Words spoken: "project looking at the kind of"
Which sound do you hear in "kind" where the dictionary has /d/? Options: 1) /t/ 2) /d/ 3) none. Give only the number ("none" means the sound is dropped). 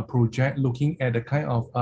3